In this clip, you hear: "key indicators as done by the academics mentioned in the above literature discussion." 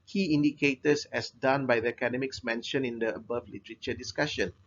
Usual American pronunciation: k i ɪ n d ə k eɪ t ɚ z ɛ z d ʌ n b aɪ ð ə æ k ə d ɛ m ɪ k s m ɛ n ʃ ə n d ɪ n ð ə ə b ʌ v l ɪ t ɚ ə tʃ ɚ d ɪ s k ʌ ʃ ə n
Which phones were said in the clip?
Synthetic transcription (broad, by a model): k i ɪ n d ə k eɪ t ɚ s ɛ s d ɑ n b aɪ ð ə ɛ k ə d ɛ m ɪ k s m ɛ n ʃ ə n ɪ n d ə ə b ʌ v l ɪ t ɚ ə tʃ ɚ d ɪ s k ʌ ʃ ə n